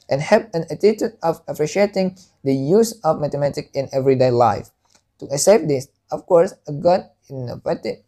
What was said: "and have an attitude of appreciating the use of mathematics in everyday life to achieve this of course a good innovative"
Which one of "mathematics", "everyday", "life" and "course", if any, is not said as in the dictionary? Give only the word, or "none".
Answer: mathematics